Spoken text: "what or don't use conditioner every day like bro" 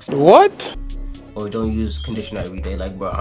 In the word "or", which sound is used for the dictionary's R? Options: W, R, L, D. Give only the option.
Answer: W